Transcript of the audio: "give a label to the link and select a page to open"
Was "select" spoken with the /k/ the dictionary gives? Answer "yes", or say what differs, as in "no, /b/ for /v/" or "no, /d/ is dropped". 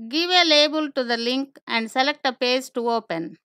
yes